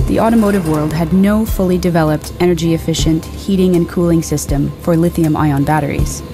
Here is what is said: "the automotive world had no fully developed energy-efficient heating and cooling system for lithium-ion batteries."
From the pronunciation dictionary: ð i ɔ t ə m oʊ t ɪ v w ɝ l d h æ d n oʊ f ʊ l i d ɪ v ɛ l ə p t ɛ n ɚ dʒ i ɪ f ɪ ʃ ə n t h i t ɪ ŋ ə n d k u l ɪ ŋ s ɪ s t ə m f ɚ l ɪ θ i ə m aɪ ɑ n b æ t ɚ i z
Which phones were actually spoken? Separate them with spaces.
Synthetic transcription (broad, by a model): ð i ɔ t ə m oʊ t ɪ v w ɝ l d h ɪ d n oʊ f ʊ l i d ɪ v ɛ l ə p t ɛ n ɚ dʒ i ɪ f ɪ ʃ ə n t h i t ɪ ŋ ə n k u l ɪ ŋ s ɪ s t ə m f ɚ l ɪ θ i ə m aɪ ɑ n b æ t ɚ i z